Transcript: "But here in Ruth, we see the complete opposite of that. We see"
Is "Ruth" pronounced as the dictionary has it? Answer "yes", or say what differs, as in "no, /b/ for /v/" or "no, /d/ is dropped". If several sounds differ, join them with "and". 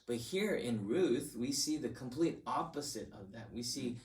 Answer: yes